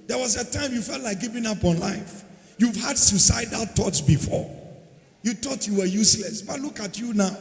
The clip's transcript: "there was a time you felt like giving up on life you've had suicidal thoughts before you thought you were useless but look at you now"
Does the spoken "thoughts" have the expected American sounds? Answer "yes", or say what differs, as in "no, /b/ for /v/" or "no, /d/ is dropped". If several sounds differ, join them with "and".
no, /t/ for /θ/